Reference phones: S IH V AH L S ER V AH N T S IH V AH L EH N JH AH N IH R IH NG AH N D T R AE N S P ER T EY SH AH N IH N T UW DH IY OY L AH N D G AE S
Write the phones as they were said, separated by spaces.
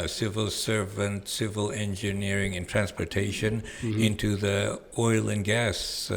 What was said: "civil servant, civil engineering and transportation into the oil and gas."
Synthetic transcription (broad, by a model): S IH V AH L S ER V AH N T S IH V AH L EH N JH AH N IH R IH NG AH N T R AE N S P ER T EY SH AH N IH N T UW DH IY OY L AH N G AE S